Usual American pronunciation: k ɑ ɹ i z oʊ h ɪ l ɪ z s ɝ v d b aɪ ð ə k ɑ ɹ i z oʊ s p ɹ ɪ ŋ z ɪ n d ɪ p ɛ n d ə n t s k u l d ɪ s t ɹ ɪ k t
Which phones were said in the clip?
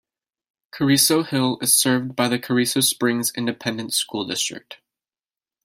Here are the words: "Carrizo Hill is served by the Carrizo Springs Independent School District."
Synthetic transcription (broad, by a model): k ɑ ɹ i s oʊ h ɪ l ɪ z s ɝ v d b aɪ ð ə k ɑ ɹ i s oʊ s p ɹ ɪ ŋ z ɪ n d ɪ p ɛ n d ə n t s k u l d ɪ s t ɹ ɪ k t